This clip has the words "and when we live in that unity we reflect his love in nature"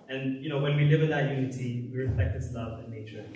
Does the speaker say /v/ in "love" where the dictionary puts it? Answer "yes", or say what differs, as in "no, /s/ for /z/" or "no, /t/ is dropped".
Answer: yes